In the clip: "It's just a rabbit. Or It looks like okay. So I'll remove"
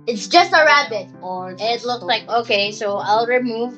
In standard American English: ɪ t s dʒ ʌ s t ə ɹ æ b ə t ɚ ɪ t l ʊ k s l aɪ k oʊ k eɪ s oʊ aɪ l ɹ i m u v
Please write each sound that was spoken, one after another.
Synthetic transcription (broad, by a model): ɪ t s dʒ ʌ s t ə ɹ æ b ə t ɚ ɪ t l ʊ k s l aɪ k oʊ k eɪ s oʊ aɪ l ɹ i m u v